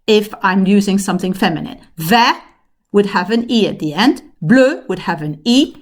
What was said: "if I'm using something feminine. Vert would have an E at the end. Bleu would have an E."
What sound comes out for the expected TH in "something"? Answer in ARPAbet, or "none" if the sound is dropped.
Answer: TH